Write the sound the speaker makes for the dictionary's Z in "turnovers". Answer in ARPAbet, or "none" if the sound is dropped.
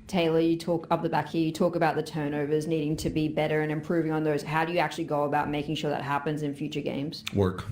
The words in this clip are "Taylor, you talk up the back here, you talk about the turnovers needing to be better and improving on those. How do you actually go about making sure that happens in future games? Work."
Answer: Z